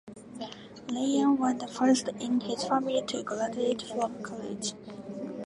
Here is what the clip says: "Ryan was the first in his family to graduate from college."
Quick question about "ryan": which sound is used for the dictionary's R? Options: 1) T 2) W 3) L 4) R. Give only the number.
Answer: 3